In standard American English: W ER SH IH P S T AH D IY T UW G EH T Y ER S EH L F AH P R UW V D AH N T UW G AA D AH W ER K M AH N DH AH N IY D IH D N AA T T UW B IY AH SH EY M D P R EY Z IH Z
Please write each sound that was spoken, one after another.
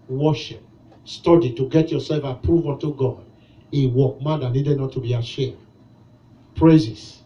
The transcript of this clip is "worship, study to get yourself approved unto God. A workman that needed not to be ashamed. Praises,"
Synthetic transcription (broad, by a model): W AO SH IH P S T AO D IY T UW G EH T Y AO S EH L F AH P R UW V AO N T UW G AA D AH W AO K M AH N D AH N IY D IH D N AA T T UW B IY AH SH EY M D P R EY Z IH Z